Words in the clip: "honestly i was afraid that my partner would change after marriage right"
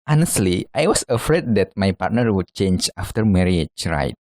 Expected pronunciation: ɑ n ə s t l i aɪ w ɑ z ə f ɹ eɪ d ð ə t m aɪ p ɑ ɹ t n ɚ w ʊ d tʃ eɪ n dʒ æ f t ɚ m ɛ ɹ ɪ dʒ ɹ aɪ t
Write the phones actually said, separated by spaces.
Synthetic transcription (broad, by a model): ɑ n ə s t l i aɪ w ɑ s ə f ɹ eɪ d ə t m aɪ p ɑ ɹ t n ɚ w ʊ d tʃ eɪ n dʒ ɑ f t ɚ m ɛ ɹ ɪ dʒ ɹ aɪ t